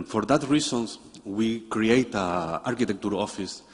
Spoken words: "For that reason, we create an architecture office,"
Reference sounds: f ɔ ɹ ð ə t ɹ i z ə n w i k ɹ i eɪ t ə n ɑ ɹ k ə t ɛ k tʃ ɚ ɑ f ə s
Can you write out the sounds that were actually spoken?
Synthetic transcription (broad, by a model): f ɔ ɹ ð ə t ɹ i s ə n w i k ɹ i eɪ t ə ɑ ɹ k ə t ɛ k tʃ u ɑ f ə s